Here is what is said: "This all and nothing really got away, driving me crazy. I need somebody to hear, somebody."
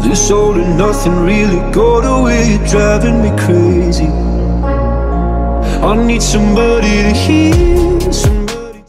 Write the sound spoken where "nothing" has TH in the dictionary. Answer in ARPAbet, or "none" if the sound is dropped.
TH